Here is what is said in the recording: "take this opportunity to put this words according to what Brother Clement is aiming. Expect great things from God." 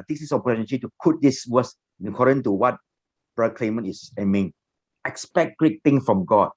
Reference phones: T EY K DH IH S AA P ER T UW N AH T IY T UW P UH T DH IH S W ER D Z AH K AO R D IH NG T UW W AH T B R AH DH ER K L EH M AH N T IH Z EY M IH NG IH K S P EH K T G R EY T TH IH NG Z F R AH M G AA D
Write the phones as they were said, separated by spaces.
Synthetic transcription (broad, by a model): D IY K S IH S AA P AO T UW N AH T IY T UW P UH T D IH S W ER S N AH K AO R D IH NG T UW W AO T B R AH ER K L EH M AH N IH S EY M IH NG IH K S P EH K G R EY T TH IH NG S F R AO M G AA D